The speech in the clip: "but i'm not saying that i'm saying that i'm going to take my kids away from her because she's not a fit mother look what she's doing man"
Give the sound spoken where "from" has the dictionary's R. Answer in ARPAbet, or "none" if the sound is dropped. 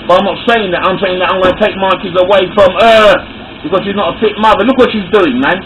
R